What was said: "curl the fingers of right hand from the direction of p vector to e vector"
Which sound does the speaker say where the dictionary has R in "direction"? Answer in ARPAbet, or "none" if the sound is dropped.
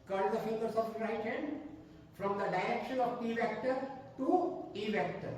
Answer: none